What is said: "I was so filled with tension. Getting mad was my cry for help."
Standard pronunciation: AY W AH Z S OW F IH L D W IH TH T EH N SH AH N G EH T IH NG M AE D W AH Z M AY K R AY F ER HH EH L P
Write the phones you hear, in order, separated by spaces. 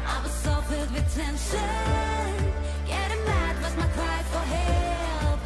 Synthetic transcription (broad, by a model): AY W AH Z S OW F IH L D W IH T EH N SH AH N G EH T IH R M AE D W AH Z M AY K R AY F ER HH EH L